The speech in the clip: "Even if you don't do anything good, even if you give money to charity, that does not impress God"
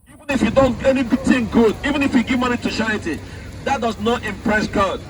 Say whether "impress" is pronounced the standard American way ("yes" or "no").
yes